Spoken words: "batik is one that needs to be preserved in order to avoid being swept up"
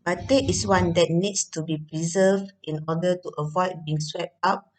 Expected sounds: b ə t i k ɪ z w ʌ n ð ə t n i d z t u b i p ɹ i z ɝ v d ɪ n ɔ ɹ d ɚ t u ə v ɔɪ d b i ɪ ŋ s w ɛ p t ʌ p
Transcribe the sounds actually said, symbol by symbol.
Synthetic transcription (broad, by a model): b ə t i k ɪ s w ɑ n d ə t n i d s t u b i p ɹ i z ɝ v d ɪ n ɔ d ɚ t u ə v ɔɪ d b i ɪ ŋ s w ɛ p t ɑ p